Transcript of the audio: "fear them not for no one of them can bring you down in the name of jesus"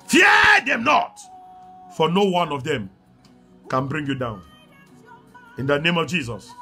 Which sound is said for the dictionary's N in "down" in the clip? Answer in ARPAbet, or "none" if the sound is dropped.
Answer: N